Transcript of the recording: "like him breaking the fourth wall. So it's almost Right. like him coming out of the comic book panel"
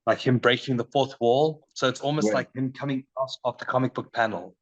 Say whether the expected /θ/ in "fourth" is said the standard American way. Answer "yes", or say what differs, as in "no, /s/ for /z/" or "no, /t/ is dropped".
yes